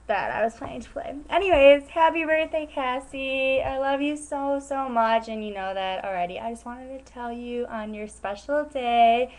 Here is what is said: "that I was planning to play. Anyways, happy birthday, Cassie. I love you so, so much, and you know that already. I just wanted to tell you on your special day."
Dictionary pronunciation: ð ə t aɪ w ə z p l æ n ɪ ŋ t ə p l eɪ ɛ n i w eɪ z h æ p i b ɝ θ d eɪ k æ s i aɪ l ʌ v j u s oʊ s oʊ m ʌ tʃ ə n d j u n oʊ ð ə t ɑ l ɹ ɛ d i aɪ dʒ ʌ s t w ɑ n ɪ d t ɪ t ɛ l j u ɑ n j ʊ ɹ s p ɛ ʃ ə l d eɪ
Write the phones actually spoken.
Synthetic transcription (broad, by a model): ð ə t aɪ w ə z p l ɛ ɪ ɪ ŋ t ə p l eɪ ɛ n i w eɪ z h æ p i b ɝ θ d eɪ k æ s i aɪ l ʌ v j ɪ s oʊ s oʊ m ʌ tʃ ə n j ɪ n oʊ ð ə t l ɹ ɛ d i aɪ dʒ ʌ s t w ɑ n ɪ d t ɪ t ɛ l j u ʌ n j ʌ ɹ s p ɛ ʃ l d eɪ